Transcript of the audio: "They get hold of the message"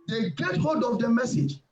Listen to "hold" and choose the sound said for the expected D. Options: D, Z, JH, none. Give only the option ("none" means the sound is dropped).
D